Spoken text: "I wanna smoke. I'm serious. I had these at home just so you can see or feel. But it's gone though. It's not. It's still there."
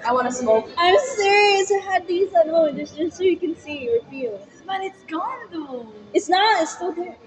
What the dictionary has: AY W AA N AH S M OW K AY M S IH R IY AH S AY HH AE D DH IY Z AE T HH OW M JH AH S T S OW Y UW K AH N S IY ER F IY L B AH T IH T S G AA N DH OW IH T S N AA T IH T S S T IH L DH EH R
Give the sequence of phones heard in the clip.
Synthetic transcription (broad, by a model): AY W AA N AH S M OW AY M S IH R IY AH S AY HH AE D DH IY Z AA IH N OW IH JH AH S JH S OW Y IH K AH N S IY ER F IY L B AH T IH T S G AA N DH OW IH T S N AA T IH T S S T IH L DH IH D